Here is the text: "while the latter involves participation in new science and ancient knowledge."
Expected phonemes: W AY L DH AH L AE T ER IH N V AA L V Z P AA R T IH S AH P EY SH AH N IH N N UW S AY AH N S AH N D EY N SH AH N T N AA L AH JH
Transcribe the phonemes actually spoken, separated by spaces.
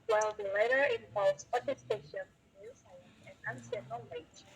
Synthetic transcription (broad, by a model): W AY L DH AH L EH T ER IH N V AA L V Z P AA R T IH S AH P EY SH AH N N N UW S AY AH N AH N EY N S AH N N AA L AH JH